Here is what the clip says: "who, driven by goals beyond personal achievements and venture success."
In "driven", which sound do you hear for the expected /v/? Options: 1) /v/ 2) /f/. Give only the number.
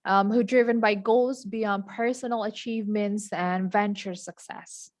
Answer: 1